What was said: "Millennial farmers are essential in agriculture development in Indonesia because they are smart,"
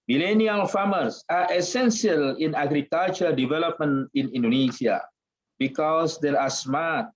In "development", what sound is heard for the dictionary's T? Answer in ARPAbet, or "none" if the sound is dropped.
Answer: none